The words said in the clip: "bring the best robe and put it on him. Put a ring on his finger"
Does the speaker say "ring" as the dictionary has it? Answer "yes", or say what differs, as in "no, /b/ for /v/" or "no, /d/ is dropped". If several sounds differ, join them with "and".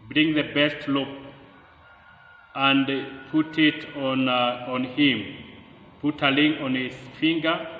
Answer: no, /l/ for /ɹ/